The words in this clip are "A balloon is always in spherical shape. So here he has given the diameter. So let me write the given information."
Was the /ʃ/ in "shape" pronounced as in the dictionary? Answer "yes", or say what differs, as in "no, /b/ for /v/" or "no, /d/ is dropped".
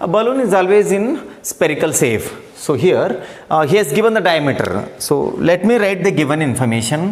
no, /s/ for /ʃ/